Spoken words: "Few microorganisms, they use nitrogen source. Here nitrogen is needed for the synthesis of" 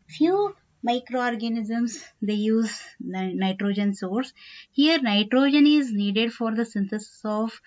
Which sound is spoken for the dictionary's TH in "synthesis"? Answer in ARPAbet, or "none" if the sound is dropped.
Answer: T